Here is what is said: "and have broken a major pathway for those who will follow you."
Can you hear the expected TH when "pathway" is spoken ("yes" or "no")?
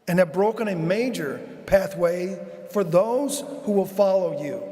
yes